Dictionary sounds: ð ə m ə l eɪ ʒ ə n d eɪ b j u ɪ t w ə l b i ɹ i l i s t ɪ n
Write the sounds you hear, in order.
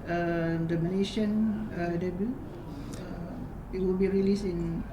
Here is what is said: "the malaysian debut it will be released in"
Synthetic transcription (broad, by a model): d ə m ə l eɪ ʃ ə n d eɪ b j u ɪ t w ə l b i ɹ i l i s ɪ n